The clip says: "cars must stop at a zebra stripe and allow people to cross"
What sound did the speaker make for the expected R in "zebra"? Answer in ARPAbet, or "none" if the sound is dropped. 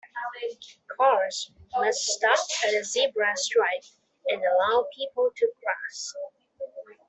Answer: R